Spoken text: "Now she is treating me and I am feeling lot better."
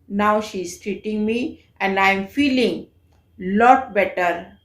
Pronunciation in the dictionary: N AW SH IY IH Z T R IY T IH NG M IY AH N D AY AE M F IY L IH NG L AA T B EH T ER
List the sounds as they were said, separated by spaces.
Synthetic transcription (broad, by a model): N AW SH IY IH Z T R IY T IH NG M IY AH N D AY M F IY L IH NG L AA T B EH T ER